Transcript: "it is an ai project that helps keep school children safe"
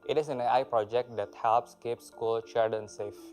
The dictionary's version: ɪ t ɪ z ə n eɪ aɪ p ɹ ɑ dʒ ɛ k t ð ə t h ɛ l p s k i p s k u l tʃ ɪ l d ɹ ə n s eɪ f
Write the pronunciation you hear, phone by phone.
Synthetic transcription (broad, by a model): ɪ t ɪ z ə n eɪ aɪ p ɹ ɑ dʒ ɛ k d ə t h ɛ l p s k i p s k u l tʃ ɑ d ə n s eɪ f